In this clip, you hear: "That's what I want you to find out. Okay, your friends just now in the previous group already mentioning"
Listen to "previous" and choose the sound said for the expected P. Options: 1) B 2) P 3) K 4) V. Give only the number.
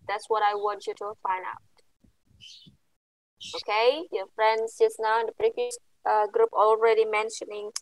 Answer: 1